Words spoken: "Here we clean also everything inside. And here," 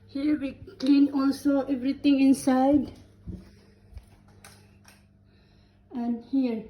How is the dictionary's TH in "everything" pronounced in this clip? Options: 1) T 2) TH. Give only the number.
1